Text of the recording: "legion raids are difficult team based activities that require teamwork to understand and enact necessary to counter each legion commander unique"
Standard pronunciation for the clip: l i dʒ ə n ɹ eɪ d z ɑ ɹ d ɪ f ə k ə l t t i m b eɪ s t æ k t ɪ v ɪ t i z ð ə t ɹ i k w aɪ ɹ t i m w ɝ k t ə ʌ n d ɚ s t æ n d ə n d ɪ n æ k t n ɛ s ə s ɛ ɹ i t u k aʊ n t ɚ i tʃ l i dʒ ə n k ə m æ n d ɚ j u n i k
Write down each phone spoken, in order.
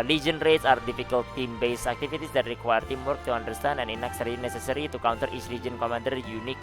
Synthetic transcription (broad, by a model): l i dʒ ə n ɹ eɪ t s ɑ ɹ d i f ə k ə l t t i m b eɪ s æ k t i f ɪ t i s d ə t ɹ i k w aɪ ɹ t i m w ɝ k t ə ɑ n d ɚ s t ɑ n ə n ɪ n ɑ k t n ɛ s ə s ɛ ɹ i t u k aʊ n t ɚ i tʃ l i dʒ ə n k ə m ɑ n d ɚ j u n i k